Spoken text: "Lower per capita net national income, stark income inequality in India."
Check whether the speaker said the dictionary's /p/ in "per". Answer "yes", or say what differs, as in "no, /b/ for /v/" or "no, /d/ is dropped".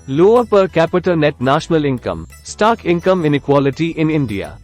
yes